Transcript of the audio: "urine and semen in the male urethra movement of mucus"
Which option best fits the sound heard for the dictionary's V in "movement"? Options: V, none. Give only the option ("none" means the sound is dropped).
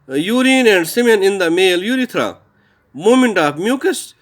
none